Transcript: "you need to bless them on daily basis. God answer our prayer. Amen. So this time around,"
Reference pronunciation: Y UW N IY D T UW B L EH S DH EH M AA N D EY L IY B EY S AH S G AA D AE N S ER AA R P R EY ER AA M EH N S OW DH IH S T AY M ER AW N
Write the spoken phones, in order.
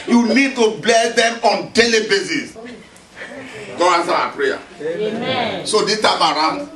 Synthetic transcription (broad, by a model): Y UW N IY D T UW B L EH S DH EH M AA N D EY L IY B EY S AH S G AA AA N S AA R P R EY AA S OW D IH T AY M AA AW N